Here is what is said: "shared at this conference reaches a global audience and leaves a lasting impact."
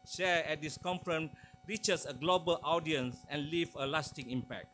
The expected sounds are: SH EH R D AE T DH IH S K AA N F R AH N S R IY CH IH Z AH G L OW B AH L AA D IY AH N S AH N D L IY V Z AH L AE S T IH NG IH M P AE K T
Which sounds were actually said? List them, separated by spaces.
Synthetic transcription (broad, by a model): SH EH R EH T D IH S K AA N F R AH N R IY CH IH S AH G L OW B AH L AA D IY AH N S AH N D L IY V AH L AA S T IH NG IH M P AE K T